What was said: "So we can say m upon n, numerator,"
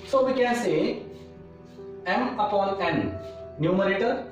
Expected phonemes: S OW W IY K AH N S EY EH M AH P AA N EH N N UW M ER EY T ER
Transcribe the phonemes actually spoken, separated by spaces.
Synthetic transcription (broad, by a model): S OW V IY K AH N S EY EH M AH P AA L EH N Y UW M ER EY T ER